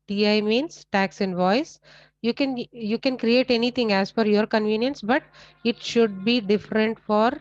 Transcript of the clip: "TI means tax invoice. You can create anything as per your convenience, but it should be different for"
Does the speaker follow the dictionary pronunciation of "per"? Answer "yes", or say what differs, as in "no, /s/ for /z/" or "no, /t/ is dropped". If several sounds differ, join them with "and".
no, /f/ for /p/